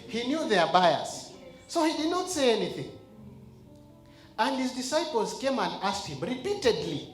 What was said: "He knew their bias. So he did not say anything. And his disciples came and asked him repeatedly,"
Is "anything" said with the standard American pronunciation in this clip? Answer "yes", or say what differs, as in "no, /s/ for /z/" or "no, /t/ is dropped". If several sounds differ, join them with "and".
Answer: yes